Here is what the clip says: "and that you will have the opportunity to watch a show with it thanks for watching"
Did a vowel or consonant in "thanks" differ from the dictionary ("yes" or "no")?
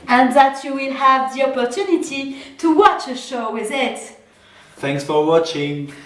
no